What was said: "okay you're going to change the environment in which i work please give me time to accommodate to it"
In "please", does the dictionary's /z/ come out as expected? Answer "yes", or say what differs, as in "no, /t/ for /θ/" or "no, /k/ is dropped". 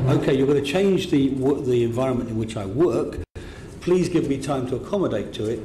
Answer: yes